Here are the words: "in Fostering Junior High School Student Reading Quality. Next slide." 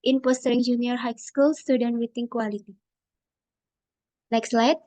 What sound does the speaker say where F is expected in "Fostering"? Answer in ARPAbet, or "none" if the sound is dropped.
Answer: P